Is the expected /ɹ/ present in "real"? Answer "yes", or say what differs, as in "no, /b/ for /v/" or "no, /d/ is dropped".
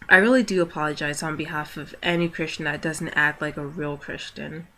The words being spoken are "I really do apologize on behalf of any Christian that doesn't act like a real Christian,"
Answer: yes